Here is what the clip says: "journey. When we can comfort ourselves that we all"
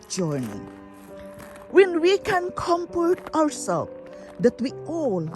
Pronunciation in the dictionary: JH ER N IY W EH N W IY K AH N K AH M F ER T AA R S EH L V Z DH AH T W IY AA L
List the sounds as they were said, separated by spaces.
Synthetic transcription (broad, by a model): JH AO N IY W EH N W IY K AH N K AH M P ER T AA W S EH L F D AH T W IY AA L